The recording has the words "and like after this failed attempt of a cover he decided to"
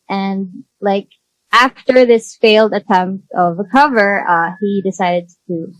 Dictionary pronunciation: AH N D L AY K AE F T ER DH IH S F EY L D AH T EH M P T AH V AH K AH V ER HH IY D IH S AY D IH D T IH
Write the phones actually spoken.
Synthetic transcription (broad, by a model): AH N L AY K AE F T ER DH IH S F EY L D AH T EH M P T AH V AH K AH V ER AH IY D IH S AY D IH D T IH